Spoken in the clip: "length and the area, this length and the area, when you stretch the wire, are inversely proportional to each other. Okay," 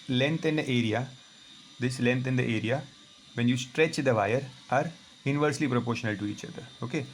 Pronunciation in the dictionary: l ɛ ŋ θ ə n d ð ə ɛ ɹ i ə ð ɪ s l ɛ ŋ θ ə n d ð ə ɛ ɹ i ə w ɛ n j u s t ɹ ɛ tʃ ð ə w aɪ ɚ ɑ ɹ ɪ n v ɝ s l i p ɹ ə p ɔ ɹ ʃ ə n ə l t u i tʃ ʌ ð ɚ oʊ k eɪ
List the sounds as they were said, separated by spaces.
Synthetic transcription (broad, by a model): l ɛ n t ə n d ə ɛ ɹ i ə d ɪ s l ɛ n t ə n d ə ɛ ɹ i ə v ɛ n j u s t ɹ ɛ tʃ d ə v aɪ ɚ ɑ ɹ ɪ n v ɝ s l i p ɹ ə p ɔ ɹ ʃ ə n ə l t u i tʃ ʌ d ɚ oʊ k eɪ